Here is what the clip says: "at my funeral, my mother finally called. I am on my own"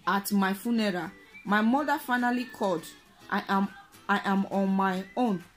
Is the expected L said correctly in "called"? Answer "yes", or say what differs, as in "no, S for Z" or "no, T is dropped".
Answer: no, L is dropped